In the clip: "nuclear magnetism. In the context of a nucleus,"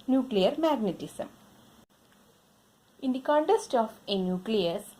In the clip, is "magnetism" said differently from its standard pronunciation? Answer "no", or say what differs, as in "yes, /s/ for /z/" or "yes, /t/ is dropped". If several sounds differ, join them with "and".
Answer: yes, /s/ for /z/